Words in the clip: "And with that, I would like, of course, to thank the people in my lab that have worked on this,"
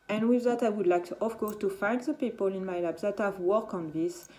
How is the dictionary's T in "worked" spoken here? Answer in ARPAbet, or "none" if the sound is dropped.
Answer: none